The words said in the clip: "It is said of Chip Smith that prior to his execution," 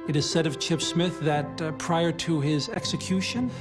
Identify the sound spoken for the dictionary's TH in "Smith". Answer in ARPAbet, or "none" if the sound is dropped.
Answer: TH